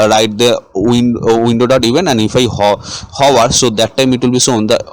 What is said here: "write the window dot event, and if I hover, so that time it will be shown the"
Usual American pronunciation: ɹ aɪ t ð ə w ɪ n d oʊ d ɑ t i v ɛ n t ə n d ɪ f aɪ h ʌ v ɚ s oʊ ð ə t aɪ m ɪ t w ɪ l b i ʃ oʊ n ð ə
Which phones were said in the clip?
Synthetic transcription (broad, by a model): ɹ aɪ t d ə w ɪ n d oʊ d ɑ t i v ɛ n ə n d ɪ f aɪ h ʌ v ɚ s oʊ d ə t aɪ m ɪ t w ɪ l b i s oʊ n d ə